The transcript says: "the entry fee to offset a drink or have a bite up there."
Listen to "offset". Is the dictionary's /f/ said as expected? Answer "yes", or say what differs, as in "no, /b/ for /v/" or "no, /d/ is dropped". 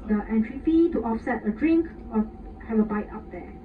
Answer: yes